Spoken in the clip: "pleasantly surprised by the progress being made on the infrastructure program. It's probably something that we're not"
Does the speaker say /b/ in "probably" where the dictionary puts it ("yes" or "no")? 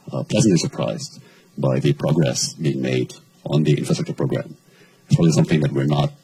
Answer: no